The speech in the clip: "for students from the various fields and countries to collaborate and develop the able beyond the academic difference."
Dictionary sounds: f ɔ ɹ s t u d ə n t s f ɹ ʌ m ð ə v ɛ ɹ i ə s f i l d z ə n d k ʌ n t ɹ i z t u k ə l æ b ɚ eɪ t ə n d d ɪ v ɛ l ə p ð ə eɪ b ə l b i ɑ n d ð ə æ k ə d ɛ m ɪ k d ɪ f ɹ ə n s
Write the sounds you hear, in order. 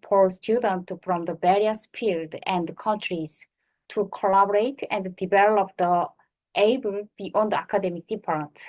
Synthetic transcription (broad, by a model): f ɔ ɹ s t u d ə n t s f ɹ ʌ m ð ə b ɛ ɹ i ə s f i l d ə n d k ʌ n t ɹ i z t u k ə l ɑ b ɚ eɪ t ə n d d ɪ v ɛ l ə p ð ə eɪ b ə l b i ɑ n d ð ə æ k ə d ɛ m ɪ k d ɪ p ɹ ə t